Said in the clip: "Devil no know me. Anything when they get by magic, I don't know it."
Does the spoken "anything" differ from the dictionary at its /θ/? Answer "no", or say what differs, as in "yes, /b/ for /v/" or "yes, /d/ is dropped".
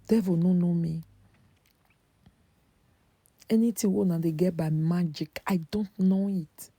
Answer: yes, /t/ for /θ/